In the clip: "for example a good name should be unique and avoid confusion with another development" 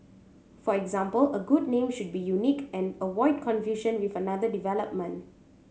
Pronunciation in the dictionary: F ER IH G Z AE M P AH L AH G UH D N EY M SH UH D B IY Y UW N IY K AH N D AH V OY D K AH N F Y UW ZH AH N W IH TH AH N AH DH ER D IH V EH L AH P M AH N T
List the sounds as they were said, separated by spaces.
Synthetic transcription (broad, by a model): F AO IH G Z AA M P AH L AH G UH D N EY M SH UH D B IY Y UW N IY K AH N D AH W OY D K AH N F Y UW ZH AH N W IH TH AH N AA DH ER D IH V EH L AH P M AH N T